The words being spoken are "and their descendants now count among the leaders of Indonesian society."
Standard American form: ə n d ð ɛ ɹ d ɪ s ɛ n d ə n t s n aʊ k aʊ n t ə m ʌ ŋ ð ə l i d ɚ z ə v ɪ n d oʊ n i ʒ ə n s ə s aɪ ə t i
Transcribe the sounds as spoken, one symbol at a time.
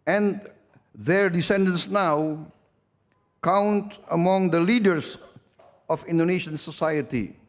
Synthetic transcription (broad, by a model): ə n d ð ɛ ɹ d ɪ s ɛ n d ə n s n aʊ k aʊ n t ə m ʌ ŋ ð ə l i d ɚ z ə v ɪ n d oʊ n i ʃ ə n s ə s aɪ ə t i